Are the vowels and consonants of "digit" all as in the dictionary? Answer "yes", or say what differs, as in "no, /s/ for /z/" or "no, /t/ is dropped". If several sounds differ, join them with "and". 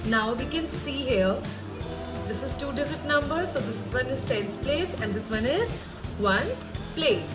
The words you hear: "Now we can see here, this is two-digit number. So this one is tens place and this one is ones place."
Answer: no, /z/ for /dʒ/